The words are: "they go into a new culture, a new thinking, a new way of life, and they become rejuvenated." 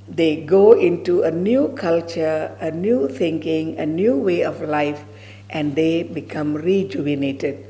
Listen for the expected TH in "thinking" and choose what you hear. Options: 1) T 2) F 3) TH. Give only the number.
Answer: 1